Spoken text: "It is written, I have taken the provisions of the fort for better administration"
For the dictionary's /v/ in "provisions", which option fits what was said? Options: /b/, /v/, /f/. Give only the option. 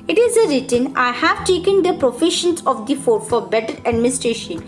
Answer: /f/